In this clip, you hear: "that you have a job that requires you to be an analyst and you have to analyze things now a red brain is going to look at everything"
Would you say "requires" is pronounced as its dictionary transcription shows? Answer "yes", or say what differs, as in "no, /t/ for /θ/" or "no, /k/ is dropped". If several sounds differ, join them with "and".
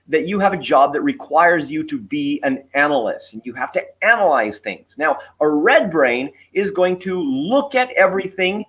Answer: yes